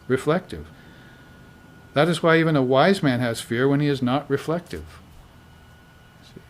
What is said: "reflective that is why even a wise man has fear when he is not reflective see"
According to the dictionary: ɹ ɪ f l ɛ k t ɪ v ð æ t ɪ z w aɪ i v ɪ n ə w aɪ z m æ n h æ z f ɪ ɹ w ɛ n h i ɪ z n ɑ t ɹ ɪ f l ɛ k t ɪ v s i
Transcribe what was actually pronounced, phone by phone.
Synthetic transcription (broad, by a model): ɹ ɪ f l ɛ k t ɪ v ð æ t ɪ z w aɪ i v ɪ n ə w aɪ z m æ n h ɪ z f ɪ ɹ w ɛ n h i ɪ z n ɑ t ɹ ɪ f l ɛ k t ɪ v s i